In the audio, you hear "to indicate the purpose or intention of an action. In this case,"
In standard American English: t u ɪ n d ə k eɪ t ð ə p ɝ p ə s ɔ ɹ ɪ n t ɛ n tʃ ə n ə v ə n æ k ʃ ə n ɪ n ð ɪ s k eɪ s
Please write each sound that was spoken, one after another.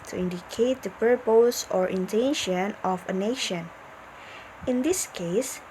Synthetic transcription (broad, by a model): t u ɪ n d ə k eɪ t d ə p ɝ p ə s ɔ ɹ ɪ n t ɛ n ʃ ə n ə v ə n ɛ ʃ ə n ɪ n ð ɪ s k eɪ s